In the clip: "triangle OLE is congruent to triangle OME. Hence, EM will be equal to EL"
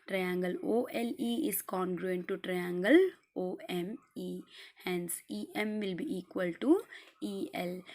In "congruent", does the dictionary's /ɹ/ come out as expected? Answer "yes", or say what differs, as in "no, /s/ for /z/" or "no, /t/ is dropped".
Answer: yes